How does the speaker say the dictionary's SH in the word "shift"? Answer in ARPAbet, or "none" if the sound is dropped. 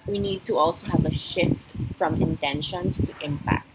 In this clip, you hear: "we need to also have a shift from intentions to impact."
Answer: SH